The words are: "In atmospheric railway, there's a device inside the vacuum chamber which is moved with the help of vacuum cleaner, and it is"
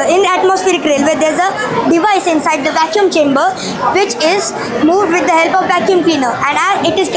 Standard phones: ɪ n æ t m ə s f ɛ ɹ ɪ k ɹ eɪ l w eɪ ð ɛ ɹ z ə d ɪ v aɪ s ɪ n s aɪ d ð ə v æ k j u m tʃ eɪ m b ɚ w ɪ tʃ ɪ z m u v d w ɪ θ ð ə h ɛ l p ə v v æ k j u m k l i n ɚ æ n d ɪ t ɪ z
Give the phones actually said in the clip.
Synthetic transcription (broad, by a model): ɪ n æ t m ə s f ɛ ɹ ɪ k ɹ eɪ l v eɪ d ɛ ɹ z ə d ɪ v aɪ s ɪ n s aɪ d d ə v æ k j u m tʃ eɪ m b ɚ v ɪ tʃ ɪ z m u v d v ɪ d ə h ɛ l p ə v v æ k j u m k l i n ɚ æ n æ ɪ t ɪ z